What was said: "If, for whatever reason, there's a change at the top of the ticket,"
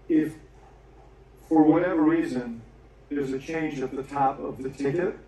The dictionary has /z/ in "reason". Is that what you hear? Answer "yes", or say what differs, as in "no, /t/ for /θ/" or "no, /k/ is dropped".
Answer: yes